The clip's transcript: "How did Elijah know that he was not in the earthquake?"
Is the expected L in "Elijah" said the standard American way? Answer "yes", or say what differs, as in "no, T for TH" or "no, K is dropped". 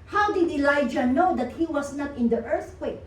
yes